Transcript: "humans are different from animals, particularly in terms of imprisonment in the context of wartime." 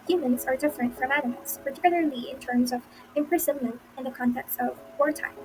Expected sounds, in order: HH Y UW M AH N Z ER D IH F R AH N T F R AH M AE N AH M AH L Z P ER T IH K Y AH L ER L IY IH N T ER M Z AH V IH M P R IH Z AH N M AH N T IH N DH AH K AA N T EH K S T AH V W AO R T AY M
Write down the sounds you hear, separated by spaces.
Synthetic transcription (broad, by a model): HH Y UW M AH N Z ER D IH F R AH N T F R AH M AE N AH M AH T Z P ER T IH K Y L ER L IY IH N T ER M Z AH V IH M P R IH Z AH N M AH N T IH N DH AH K AA N T EH K S T AH V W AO R T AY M